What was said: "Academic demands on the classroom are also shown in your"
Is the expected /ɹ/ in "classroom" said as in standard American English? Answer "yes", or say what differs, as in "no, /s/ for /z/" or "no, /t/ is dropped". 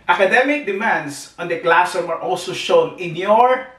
no, /ɹ/ is dropped